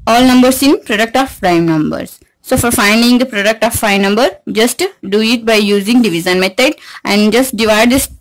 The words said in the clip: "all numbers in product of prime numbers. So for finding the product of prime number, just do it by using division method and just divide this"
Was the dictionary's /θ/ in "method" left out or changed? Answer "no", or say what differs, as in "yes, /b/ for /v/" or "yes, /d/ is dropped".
yes, /t/ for /θ/